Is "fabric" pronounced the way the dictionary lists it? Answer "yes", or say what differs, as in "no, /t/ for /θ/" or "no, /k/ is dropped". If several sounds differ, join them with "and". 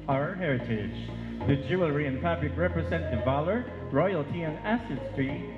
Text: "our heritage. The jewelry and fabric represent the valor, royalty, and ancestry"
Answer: no, /l/ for /ɹ/